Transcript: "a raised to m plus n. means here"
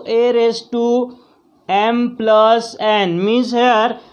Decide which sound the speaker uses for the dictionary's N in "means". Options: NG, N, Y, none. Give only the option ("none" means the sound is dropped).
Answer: none